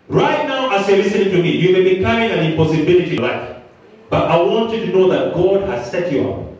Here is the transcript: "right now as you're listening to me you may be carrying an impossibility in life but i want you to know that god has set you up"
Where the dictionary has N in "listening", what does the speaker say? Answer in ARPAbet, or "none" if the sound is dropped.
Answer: none